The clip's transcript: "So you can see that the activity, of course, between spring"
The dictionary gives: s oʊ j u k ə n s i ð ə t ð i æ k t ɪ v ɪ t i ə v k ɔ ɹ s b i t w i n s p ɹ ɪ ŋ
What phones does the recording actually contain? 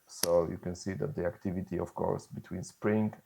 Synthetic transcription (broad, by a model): s oʊ j u k ə n s i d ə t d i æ k t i v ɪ t i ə f k ɔ ɹ s b i t w i n s p ɹ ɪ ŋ